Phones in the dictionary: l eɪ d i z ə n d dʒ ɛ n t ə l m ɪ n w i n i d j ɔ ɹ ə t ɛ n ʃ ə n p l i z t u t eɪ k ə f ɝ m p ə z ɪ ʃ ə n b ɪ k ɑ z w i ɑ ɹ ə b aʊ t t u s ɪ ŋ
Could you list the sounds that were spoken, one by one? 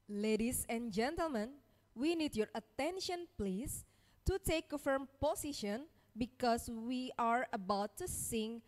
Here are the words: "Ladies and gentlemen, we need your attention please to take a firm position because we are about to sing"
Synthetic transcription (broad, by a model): l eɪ d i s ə n dʒ ɛ n t ə l m ɪ n w i n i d j ɔ ɹ ə t ɛ n ʃ ə n p l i s t u t eɪ k ə f ɝ m p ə s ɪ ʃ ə n b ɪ k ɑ s w i ɑ ɹ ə b aʊ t t u s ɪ ŋ